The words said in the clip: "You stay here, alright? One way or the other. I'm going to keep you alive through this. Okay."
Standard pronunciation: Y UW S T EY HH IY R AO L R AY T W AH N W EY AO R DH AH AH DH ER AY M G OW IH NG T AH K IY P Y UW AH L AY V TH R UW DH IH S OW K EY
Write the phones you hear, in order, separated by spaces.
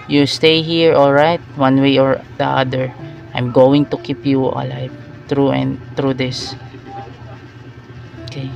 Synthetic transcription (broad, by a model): Y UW S T EY HH IY R AO L R AY T W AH N W EY AO R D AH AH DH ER AY M G OW IH NG T AH K IY P Y UW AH L AY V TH R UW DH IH S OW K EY